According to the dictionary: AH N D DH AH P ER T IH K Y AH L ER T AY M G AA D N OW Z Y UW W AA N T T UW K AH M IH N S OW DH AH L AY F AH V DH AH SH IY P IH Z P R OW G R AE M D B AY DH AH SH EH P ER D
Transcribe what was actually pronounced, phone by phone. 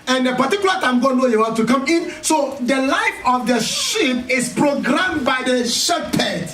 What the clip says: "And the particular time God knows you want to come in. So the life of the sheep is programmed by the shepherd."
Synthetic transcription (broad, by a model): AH N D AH P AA T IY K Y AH L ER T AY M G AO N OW Y UW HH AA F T T UW K AH M IH N S OW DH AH L AY F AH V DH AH SH IY P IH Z P R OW G R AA M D B AY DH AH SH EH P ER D